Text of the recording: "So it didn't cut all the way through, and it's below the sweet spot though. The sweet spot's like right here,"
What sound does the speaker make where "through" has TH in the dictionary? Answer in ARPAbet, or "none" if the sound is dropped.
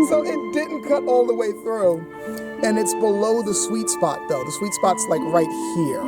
TH